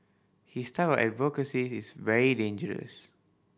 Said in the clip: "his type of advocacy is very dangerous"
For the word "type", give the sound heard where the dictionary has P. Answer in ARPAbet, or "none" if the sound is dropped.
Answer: none